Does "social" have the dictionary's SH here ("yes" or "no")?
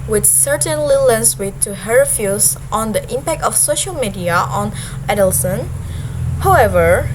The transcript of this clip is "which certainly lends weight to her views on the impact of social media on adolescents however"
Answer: yes